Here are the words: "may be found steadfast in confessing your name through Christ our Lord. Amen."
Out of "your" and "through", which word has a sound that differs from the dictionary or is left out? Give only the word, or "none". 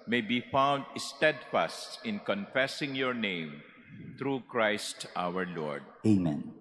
through